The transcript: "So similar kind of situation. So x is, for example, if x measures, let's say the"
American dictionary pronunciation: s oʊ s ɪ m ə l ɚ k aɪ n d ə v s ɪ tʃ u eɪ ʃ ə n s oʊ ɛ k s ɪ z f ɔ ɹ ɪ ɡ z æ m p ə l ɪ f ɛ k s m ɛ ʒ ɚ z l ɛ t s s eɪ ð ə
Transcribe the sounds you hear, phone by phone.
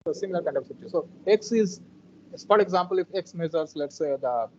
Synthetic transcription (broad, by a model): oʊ s ɪ m ə l ɚ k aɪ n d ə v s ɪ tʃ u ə s oʊ ɛ k s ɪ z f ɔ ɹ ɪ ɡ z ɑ m p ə l ɪ f ɛ k s m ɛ z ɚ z l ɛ t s s eɪ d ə